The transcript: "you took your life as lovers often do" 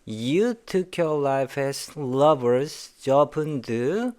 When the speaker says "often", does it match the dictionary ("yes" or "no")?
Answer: no